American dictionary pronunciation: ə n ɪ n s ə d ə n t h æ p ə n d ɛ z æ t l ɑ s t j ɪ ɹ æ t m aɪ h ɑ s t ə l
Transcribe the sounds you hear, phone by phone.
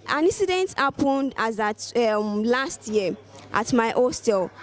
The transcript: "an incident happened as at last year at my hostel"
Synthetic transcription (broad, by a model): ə n ɪ n s ə d ə n t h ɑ p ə n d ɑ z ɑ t l ɑ s t j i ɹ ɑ t m aɪ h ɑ s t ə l